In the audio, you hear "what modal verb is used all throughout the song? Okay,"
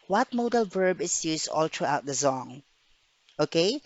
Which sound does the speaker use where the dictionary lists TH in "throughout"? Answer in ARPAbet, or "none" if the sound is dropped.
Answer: T